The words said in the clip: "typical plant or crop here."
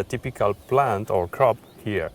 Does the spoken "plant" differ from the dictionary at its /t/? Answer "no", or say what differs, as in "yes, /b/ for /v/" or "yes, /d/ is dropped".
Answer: no